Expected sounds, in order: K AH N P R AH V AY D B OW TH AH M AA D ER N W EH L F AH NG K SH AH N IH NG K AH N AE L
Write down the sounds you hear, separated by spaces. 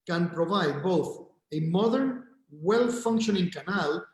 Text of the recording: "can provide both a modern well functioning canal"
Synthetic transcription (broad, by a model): K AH N P R AH V AY D B OW TH AH M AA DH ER N W EH L F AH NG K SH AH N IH NG K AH N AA L